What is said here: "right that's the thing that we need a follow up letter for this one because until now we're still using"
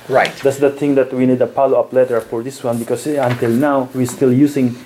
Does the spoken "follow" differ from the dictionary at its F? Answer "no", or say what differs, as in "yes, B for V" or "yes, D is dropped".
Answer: yes, P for F